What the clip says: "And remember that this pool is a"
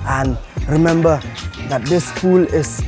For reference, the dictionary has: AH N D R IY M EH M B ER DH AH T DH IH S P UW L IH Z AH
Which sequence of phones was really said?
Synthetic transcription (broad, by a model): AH N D R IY M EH M B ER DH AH T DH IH S F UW L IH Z